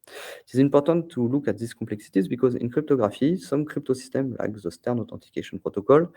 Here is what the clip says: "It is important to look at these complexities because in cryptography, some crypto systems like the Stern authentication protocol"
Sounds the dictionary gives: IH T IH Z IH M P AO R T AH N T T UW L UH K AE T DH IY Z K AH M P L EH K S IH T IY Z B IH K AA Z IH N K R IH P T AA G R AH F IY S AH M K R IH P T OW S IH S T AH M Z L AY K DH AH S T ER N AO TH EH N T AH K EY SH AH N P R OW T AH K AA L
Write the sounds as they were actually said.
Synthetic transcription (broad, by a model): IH T IH Z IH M P AO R T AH N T T UW L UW K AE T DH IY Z K AH M P L EH K S IH T IY Z B IH K AA Z IH N K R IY P T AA G R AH F IY S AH M K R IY P T OW S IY S T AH M L AY K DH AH S T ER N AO T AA T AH K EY SH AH N P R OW T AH K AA L